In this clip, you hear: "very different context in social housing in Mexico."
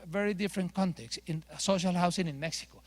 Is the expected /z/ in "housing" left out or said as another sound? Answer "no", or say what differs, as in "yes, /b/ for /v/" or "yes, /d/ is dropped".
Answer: yes, /s/ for /z/